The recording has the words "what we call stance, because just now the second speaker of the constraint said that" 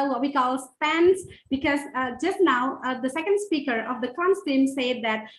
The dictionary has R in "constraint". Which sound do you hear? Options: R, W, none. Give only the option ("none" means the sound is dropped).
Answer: none